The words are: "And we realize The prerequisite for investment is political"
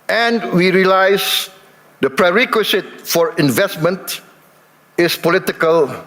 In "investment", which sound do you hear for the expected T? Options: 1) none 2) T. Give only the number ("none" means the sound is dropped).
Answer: 2